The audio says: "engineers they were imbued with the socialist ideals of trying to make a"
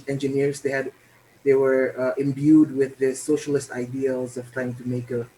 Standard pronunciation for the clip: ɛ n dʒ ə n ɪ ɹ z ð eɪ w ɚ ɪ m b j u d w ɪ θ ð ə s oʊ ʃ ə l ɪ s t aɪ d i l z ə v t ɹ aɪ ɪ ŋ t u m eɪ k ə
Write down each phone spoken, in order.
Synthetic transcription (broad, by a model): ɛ n dʒ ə n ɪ ɹ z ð eɪ w ɚ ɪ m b j u d w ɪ ð ə s oʊ ʃ ə l ɪ s t aɪ d i l z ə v t ɹ aɪ ɪ ŋ t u m eɪ k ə